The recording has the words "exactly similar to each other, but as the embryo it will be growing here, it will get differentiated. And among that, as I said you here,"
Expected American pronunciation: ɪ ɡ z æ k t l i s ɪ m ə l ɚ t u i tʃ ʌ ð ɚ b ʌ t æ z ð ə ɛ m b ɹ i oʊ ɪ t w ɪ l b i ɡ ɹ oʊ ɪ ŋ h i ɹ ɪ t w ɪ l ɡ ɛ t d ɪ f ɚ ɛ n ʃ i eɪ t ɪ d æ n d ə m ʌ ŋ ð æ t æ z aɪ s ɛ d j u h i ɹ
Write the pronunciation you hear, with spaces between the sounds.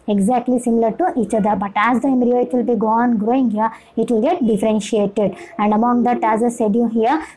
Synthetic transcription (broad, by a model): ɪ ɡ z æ k t l i s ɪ m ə l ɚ t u i tʃ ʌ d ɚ b ʌ t æ z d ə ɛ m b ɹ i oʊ ɪ t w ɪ l b i ɡ ɹ oʊ ɪ ŋ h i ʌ ɪ t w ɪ l ɡ ɛ t d ɪ f ɚ ɛ n ʃ i eɪ t ɪ d æ n d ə m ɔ ŋ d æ t æ z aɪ s ɛ d j u h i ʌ